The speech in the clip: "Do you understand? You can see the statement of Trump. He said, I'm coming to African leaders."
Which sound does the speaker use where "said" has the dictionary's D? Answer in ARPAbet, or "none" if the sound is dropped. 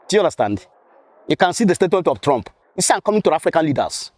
none